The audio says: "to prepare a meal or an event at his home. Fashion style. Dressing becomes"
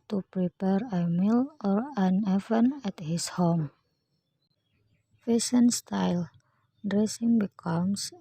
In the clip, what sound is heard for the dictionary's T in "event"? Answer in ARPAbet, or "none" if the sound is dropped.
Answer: none